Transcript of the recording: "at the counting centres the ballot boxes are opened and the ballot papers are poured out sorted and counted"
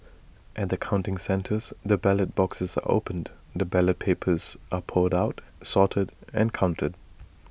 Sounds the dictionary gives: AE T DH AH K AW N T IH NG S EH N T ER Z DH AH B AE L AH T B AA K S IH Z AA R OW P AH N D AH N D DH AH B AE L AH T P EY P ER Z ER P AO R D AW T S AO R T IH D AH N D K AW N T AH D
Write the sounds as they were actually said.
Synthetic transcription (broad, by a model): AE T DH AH K AW N T IH NG S EH N T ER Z DH AH B AE L AH T B AA K S IH Z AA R OW AH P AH N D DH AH B AE L AH T P EY P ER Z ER P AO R D AW T S AO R T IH D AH N K AW N T AH D